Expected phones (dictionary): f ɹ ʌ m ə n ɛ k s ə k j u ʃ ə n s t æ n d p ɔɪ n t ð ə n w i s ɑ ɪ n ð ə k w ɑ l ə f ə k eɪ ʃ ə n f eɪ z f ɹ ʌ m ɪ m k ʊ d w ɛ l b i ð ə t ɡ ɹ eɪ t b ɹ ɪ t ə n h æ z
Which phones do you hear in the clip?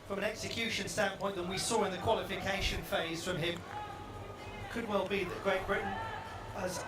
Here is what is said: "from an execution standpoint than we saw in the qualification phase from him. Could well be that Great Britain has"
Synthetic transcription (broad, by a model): f ɹ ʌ m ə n ɛ k s ə k j u ʃ ə n s t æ n p ɔɪ n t ð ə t w i s ɑ ɪ n ð ə k w ɑ l ə f ə k eɪ ʃ ə n f eɪ z f ɹ ʌ m ɪ m k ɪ d w ɛ l b i ð ə t ɡ ɹ eɪ t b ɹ ɪ t n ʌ z